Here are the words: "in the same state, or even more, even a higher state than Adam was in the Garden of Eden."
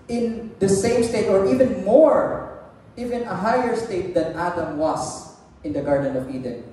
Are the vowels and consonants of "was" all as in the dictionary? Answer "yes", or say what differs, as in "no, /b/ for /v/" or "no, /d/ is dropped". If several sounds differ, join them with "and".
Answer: no, /s/ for /z/